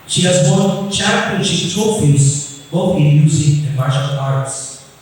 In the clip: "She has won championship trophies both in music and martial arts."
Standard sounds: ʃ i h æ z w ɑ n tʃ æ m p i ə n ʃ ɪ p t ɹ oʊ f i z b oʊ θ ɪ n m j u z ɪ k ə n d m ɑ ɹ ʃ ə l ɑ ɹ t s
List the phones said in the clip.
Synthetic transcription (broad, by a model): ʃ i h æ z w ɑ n tʃ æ p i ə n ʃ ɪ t oʊ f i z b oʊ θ ɪ n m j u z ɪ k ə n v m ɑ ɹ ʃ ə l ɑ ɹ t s